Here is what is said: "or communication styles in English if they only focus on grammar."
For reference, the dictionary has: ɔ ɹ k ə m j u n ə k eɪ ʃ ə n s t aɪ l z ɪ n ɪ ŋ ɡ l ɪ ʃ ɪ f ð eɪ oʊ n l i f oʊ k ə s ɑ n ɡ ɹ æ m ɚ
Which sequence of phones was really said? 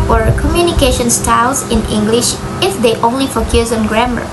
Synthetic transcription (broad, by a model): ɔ ɹ k ə m j u n ə k eɪ ʃ ə n s t aɪ l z ɪ n ɪ ŋ ɡ l ɪ ʃ ɪ f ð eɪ oʊ n l i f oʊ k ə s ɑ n ɡ ɹ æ m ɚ